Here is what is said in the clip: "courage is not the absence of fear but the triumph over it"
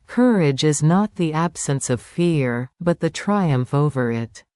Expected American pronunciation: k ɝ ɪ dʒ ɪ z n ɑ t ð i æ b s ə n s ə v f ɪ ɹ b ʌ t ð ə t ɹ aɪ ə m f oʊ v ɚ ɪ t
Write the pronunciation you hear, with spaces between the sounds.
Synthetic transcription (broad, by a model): k ɝ ɪ dʒ ɪ z n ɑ t ð i æ b s ə n s ə v f ɪ ɹ b ʌ t ð ə t ɹ aɪ ə m f oʊ v ɚ ɪ t